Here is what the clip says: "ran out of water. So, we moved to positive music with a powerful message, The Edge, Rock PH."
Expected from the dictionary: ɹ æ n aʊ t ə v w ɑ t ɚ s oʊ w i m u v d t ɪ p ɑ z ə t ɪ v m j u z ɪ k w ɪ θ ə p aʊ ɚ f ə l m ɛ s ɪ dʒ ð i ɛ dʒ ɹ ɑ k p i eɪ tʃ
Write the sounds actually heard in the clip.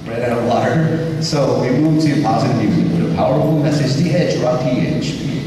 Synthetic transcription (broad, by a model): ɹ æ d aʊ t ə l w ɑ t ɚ s oʊ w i m u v t ɪ p ɑ z ə t ɪ v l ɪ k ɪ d ə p aʊ ɚ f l m ɛ s ɪ dʒ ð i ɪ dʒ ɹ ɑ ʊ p i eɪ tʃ